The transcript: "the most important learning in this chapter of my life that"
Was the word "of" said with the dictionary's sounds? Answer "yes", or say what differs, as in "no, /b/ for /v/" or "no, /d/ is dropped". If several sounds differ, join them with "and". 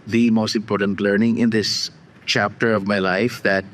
yes